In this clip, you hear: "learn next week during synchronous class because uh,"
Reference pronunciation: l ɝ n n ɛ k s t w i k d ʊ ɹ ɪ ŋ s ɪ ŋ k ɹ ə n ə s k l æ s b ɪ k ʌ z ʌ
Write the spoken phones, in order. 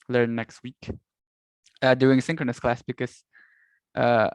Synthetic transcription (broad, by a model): l ɝ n n ɛ k s t w i k d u ɪ ŋ s ɪ ŋ k ɹ ə n ə s k l æ s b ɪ k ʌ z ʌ